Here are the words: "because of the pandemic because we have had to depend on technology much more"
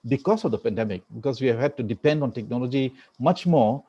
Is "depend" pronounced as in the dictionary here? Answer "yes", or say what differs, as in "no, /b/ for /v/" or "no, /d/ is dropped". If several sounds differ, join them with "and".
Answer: yes